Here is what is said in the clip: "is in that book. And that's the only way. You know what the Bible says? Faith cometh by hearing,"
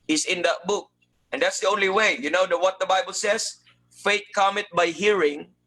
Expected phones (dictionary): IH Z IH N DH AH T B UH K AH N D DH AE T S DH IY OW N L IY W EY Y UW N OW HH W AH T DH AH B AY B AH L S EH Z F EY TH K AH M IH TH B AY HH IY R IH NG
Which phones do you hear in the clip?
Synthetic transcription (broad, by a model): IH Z IH N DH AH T B UH K AH N D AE T S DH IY OW N L IY W EY Y UW N OW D W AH T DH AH B AY B AH L S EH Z F EY T K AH M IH T B AY HH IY R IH NG